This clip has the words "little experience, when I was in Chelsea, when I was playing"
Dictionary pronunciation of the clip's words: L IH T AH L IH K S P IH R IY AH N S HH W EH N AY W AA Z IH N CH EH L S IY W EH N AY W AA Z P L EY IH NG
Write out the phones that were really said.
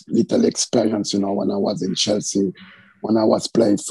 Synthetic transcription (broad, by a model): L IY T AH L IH K S P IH R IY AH N S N W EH N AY W AA Z IH N CH EH L S IY W EH N AY W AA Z P L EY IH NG